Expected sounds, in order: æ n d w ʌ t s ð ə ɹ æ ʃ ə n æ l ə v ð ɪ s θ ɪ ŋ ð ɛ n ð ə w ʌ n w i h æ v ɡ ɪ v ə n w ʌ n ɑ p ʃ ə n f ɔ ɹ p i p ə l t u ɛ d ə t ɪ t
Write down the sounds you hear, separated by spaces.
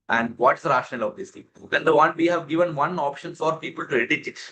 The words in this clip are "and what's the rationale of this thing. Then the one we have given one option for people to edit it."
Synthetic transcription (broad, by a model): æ n d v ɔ t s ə ɹ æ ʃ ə n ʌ l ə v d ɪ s t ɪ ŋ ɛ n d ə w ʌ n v i h æ v ɡ ɪ v ə n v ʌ n ɑ p ʃ ə n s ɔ ɹ p i p ə l t u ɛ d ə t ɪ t